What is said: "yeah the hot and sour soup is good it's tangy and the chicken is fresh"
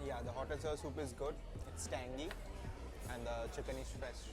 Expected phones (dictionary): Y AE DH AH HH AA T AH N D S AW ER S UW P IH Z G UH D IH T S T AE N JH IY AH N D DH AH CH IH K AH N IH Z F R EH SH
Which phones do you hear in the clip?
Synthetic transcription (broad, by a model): Y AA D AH HH AA T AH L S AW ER S UW P IH Z G UH D IH T S T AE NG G IY AH N D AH CH IH K AH N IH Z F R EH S